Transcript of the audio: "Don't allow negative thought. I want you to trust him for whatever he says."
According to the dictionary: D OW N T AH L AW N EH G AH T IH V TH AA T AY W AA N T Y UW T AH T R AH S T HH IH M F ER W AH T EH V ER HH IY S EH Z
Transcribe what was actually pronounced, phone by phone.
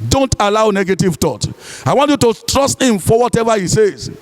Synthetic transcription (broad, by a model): D OW N T AH L AW N EH G AH T IH V T AA T AY W AA N T Y UW T AH T R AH S T HH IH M F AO W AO T EH V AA HH IY S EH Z